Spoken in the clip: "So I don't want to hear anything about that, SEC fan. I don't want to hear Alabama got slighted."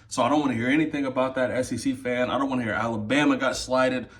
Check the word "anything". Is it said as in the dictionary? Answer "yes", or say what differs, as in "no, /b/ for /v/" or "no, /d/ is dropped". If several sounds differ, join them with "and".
yes